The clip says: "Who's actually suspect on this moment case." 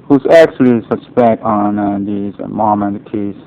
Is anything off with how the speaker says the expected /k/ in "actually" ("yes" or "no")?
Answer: no